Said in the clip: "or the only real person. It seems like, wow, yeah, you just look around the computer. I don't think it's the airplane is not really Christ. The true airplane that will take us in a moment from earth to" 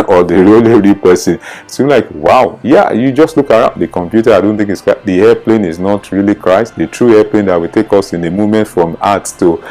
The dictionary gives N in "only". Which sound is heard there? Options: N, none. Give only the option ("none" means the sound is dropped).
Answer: none